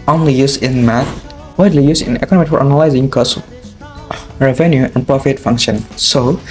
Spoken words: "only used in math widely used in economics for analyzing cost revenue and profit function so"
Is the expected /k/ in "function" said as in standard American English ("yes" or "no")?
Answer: yes